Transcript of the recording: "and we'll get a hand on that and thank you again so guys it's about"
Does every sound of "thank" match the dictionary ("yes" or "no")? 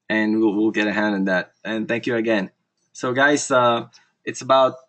yes